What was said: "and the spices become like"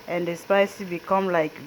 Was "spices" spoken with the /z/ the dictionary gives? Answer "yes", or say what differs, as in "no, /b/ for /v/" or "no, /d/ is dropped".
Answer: no, /z/ is dropped